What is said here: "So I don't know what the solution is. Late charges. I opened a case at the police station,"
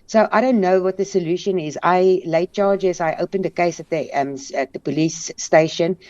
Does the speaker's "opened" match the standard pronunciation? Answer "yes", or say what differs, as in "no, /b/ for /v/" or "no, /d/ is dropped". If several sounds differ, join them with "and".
yes